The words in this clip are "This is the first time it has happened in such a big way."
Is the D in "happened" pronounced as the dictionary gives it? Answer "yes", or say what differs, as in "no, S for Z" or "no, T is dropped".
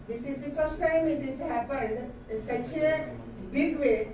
yes